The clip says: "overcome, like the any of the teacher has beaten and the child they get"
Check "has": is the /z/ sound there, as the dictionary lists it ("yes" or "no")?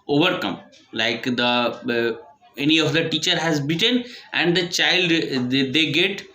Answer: yes